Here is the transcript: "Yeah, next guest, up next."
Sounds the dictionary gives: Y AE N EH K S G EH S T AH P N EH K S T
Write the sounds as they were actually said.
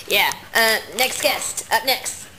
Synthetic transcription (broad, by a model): Y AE N EH K S G EH S T AH P N EH K S T